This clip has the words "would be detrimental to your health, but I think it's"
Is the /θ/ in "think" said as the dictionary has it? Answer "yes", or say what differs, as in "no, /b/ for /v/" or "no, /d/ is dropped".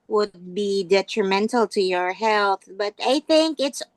yes